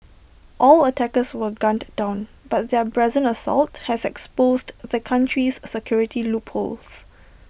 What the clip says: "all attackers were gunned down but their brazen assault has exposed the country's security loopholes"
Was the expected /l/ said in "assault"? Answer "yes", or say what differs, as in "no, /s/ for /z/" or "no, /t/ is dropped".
yes